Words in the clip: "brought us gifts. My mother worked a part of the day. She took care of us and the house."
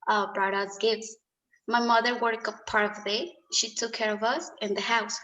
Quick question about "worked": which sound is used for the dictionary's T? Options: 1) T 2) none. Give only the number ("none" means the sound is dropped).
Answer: 2